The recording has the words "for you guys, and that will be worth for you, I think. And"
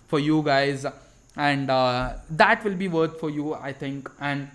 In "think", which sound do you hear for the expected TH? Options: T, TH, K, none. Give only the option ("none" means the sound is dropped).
T